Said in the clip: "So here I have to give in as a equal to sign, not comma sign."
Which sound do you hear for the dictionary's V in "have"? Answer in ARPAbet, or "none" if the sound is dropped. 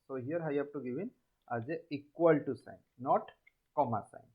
B